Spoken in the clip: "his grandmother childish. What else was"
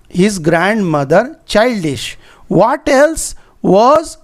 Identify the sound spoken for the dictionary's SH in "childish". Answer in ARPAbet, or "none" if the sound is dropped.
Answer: SH